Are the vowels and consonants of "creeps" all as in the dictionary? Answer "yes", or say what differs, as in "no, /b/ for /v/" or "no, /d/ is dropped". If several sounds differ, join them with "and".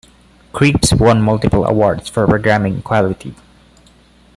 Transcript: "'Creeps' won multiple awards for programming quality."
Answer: yes